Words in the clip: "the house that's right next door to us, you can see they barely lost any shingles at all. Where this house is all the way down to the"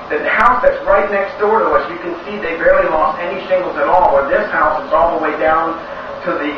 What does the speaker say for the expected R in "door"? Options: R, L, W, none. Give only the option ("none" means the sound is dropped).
R